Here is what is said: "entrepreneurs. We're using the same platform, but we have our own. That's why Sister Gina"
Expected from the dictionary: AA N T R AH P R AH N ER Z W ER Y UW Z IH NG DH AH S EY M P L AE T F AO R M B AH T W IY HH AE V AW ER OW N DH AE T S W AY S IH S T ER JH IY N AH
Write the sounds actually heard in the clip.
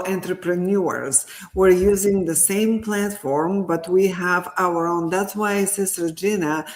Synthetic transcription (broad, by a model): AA N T R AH P R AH N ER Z W ER Y UW Z IH NG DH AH S EY M P L AE T F AO R M B AH T W IY HH AE V AW ER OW N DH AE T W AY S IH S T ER JH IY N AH